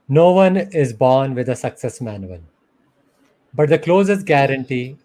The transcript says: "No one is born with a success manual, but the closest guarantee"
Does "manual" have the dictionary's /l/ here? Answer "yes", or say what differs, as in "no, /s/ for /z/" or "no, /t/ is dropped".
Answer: no, /n/ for /l/